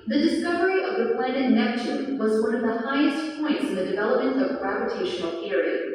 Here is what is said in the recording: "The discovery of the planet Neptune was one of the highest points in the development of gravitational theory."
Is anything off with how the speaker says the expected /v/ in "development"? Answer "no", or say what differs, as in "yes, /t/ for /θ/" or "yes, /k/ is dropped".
no